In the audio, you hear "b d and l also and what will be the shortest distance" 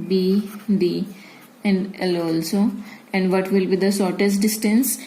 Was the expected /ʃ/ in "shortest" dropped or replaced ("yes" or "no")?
yes